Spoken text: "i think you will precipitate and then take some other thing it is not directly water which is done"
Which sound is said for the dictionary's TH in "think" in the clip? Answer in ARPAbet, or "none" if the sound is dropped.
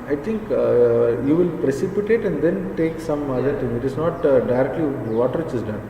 T